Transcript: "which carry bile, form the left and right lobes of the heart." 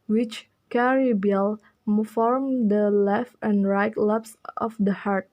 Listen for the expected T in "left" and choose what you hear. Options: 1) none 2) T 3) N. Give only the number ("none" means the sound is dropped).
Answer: 2